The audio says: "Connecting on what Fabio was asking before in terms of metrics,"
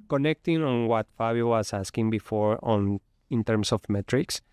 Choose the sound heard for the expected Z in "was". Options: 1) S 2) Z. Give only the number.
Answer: 1